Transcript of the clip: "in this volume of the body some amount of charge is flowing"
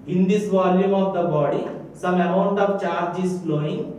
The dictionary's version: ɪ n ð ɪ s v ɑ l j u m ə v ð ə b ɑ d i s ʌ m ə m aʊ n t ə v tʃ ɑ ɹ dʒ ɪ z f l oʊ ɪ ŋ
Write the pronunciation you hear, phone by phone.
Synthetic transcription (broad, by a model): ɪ n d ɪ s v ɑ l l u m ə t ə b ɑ d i s ʌ m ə ɔ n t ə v tʃ ɑ ɹ dʒ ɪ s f l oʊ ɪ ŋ